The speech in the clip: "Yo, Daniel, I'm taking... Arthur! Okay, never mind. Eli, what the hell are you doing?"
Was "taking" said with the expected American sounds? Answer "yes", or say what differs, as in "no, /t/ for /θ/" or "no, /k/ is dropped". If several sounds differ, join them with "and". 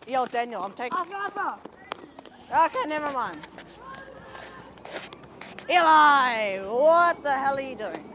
no, /k/ is dropped